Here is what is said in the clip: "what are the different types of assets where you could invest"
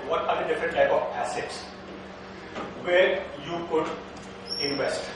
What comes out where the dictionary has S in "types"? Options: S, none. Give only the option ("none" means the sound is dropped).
none